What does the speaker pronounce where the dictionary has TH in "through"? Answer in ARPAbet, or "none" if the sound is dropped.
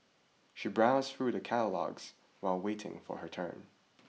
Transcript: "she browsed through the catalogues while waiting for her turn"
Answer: TH